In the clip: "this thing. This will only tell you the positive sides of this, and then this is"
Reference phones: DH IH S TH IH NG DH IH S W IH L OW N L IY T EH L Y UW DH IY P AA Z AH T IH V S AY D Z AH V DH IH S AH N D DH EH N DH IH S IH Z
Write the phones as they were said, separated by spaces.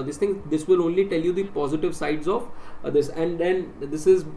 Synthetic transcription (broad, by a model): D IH S T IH NG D IH S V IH L OW N L IY T EH L Y UW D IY P AA Z AH T IH V S AY D Z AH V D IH S AH N D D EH N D IH S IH Z